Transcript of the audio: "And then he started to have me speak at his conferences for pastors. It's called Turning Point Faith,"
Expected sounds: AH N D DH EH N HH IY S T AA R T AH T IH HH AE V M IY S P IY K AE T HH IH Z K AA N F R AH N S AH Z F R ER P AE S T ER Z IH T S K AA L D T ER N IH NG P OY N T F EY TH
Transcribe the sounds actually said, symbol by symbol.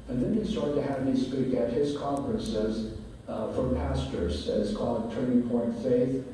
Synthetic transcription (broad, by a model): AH N DH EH N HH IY S T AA R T T IH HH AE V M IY S P IY K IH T HH IH Z K AA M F R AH N S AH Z F R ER P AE S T ER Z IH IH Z K AA L D T ER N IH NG P OY N T F EY TH